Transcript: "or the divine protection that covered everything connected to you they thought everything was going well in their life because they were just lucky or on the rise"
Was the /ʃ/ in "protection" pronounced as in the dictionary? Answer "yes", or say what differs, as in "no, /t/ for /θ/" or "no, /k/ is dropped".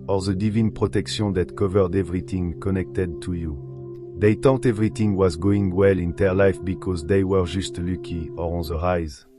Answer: no, /s/ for /ʃ/